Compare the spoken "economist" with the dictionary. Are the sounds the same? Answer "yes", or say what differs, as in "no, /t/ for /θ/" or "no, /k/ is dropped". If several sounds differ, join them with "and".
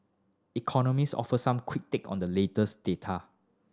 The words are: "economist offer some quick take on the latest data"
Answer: no, /t/ is dropped